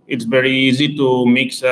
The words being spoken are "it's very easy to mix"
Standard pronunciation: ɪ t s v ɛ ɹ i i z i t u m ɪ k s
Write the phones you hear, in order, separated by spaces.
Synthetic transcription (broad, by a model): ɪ t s v ɛ ɹ i i z i t u m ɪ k s